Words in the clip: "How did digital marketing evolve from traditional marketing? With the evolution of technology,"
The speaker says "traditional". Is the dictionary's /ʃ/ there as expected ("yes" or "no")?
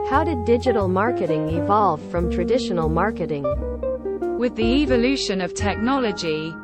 yes